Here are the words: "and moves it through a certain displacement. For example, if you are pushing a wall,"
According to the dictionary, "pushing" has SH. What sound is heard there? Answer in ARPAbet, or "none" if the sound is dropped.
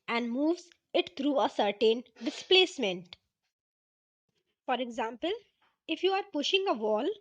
SH